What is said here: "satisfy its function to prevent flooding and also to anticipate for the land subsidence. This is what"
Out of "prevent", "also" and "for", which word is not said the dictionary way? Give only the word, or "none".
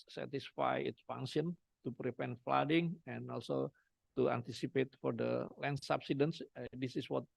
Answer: prevent